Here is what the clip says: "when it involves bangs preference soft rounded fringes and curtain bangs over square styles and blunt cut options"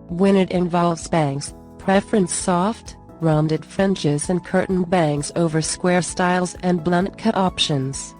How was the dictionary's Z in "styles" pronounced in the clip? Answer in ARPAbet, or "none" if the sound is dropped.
Z